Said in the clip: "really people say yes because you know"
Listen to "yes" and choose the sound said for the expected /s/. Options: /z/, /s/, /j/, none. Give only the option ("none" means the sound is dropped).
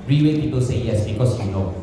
/s/